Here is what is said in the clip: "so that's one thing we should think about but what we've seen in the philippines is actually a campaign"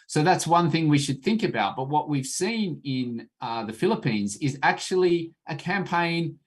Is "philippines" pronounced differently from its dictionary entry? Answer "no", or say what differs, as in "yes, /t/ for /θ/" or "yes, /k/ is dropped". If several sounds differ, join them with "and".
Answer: no